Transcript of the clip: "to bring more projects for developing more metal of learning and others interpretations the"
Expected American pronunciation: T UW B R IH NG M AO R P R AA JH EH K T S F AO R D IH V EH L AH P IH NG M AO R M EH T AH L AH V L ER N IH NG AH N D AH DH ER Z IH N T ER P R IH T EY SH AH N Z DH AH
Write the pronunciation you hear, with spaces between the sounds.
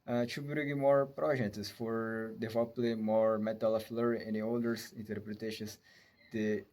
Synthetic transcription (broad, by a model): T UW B R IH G M AO R P R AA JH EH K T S F AO R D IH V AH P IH M AO R M EH T AH L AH F L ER IH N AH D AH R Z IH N T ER P R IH T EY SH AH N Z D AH